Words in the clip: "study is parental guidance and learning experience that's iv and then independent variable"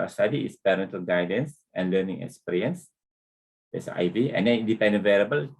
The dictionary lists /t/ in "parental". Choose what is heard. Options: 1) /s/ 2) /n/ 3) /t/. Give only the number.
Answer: 3